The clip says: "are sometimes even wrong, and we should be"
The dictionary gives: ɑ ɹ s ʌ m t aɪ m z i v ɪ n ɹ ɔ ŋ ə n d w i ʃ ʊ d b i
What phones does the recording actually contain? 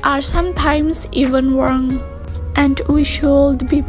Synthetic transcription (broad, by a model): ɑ ɹ s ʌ m t aɪ m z i v ɪ n w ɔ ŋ ə n d w i ʃ ʊ d b i